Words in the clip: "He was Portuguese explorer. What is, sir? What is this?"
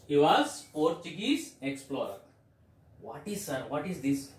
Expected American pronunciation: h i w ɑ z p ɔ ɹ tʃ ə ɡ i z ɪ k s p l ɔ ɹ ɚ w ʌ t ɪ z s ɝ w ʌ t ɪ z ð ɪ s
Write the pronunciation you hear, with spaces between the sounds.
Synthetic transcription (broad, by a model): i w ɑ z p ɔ ɹ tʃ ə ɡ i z ɪ k s p l ɔ ɹ ɚ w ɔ t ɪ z s ɝ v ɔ t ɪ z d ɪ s